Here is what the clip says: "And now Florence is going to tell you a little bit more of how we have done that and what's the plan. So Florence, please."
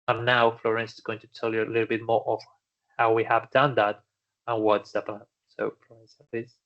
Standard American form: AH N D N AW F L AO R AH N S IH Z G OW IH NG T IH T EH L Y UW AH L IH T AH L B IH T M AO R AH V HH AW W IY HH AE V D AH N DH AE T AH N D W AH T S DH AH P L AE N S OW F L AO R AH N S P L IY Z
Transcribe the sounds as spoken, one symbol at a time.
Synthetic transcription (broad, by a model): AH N N AW F L AO R AH N S IH Z G OW IH NG T IH T EH L Y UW AH L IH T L B IH T M AO R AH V HH AW W IY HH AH V D AH N DH AE T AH N W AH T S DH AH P AH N S OW F L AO R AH N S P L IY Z